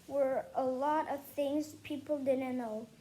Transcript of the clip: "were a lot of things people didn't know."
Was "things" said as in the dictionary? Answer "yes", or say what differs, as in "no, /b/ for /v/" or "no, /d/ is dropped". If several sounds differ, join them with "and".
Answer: yes